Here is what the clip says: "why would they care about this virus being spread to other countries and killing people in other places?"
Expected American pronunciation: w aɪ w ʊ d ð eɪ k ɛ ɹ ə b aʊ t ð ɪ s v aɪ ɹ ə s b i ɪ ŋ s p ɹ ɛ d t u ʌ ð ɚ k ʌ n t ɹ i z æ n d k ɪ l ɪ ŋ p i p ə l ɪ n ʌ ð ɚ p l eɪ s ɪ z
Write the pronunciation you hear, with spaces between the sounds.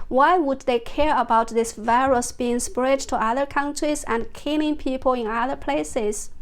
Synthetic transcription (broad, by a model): w aɪ w ʊ d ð eɪ k ɛ ɹ ə b aʊ t ð ɪ s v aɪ ɹ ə s b i ɪ ŋ s p ɹ ɛ d t u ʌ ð ɚ k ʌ n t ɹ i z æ n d k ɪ n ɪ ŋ p i p ə l ɪ n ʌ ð ɚ p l eɪ s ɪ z